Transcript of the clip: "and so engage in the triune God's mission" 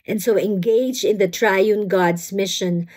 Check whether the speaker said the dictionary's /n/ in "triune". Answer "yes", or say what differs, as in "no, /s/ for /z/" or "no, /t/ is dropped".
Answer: yes